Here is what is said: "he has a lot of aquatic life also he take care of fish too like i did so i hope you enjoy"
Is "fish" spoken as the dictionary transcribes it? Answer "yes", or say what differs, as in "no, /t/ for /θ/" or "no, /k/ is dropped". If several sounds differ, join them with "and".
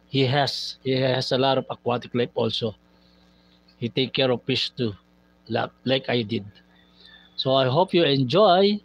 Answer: no, /p/ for /f/